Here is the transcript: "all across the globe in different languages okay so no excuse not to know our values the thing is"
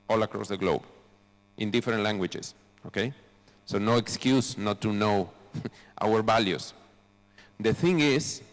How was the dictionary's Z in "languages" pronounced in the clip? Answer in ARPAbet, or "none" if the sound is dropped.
S